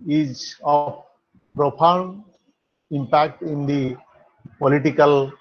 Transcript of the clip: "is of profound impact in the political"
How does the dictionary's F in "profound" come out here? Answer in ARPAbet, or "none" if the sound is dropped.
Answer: P